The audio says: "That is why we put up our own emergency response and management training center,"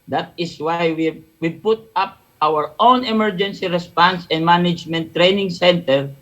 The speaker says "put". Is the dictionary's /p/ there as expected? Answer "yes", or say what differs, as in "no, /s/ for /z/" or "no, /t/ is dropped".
yes